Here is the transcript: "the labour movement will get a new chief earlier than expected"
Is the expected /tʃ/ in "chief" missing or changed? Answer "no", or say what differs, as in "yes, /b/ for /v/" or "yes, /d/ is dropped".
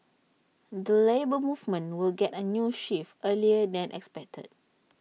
yes, /ʃ/ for /tʃ/